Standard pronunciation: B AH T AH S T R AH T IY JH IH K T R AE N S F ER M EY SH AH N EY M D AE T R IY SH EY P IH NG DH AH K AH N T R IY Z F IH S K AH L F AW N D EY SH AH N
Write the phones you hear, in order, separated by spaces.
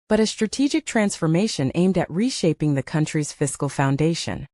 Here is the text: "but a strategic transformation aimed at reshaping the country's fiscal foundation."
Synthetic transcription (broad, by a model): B AH T AH S T R AH T IY JH IH K T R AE N S F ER M EY SH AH N EY M D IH T R IY SH EY P IH NG DH AH K AH N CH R IY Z F IH S K L F AW N D EY SH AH N